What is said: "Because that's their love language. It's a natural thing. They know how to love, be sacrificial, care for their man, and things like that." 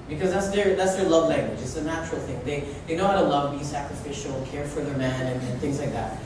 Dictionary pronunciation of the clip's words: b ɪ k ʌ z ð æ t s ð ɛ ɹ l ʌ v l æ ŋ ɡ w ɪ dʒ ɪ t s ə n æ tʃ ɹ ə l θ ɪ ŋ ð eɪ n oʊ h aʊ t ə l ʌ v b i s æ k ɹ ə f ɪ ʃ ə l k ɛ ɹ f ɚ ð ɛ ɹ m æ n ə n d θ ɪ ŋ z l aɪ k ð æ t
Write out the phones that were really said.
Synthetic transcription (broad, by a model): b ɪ k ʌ z ð æ t s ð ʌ ɹ l ʌ v l æ ŋ ɡ w ɪ dʒ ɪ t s ə n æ tʃ ɹ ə l θ ɪ ŋ ð eɪ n oʊ h aʊ t ə l ʌ v b i s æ k ɹ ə f ɪ ʃ l k ɛ ɹ f ɚ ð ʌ ɹ m æ n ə n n θ ɪ ŋ z l aɪ k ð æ t